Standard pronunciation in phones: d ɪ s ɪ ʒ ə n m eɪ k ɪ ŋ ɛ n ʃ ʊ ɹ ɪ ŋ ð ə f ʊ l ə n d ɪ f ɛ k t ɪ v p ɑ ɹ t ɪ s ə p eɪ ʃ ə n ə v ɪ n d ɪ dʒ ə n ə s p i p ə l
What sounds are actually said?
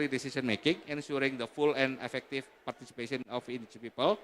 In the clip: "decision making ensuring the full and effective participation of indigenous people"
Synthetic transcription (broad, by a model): d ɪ s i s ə n m eɪ k ɪ ŋ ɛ n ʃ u ɹ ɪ ŋ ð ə f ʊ l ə n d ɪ f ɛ k t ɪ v p ɑ ɹ t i s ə p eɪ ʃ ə ə n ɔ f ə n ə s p i p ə l